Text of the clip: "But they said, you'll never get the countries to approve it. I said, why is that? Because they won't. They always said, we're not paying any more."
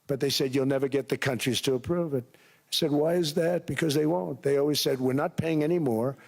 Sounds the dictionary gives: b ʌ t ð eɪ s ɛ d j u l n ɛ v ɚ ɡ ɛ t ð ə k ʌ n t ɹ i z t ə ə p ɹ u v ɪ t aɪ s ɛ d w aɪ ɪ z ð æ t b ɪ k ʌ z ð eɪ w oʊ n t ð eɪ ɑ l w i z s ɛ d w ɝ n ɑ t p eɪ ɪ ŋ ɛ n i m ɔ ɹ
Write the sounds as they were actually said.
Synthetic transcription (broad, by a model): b ʌ t ð eɪ s ɛ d j u l n ɛ v ɚ ɡ ɛ t ð ə k ʌ n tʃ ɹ i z t ə ə p ɹ u v ɪ t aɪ s ɛ d w aɪ ɪ z ð æ t b ɪ k ʌ z ð eɪ w oʊ n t ð eɪ ɑ l w i z s ɛ d w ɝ n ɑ t p eɪ ɪ ŋ ɛ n i m ɔ ɹ